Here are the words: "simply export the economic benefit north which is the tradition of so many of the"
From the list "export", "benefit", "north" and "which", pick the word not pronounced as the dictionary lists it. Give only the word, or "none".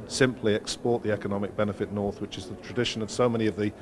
none